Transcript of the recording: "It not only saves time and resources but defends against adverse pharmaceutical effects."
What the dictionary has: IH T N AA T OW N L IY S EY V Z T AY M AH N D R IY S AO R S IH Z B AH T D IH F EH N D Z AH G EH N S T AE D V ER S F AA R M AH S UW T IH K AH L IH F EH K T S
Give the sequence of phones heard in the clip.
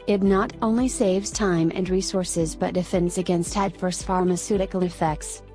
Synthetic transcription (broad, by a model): IH T N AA T OW N L IY S EY V Z T AY M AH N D R IY S AO R S IH Z B AH T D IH F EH N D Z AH G EH N S T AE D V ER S F AA R M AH S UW T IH K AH N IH F EH K T S